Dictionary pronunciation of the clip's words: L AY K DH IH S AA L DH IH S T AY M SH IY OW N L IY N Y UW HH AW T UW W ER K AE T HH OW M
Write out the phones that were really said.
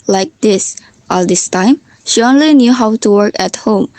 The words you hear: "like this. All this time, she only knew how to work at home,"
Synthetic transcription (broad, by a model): L AY K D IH S AA L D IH S T AY M SH IY OW N L IY N Y UW HH AW T UW W ER K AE T HH OW M